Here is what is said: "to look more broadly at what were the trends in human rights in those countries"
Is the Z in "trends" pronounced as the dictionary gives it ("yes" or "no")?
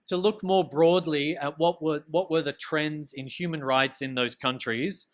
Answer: yes